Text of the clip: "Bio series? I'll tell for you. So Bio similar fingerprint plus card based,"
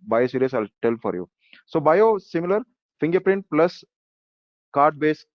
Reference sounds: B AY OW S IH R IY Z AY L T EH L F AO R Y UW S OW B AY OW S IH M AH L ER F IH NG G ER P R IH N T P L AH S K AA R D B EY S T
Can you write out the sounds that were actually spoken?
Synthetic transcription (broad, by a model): B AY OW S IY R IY S AY L T EH L F AO R Y UW S OW B AY OW S IH M AH L ER F IH NG G ER P R IH N T P L AH S K AA R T B EY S